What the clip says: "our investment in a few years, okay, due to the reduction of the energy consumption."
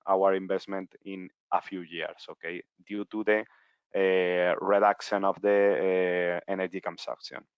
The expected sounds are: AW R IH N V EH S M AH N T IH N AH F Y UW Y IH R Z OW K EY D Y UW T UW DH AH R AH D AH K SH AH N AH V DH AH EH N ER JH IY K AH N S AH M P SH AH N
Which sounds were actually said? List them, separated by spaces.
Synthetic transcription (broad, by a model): AW R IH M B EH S M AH N T IH N AH F Y UW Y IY R S OW K EY D Y UW T UW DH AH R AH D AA K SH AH N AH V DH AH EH N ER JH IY K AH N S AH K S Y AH N